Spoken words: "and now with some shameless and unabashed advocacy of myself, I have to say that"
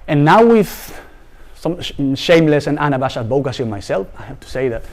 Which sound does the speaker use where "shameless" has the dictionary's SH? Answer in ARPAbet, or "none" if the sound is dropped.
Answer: SH